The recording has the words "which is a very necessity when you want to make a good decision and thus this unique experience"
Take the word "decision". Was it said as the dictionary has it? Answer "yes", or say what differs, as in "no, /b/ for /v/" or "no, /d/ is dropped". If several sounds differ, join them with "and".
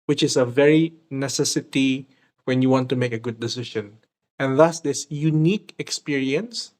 no, /ʃ/ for /ʒ/